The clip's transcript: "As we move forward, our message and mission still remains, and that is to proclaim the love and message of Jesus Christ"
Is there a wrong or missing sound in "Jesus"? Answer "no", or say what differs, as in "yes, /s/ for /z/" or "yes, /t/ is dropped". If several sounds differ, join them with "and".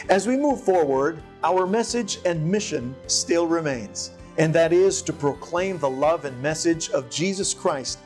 no